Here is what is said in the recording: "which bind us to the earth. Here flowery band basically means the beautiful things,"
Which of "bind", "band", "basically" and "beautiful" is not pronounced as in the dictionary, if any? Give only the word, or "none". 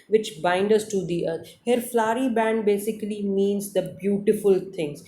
none